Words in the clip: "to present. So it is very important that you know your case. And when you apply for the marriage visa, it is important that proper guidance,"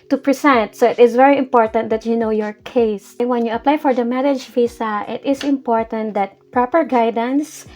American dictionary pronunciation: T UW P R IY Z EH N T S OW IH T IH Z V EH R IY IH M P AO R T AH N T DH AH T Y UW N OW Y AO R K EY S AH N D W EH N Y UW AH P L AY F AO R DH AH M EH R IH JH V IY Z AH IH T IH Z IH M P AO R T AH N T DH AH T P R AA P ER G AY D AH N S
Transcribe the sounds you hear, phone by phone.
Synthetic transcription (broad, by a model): T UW P R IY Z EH N T S OW IH T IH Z V EH R IY IH M P AO R T AH N T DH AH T Y UW N OW Y AO R K EY AH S W EH N Y UW AH P L AY F AO R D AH M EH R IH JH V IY S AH IH T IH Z IH M P AO R T AH N T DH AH T P R AA P ER G AY D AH N S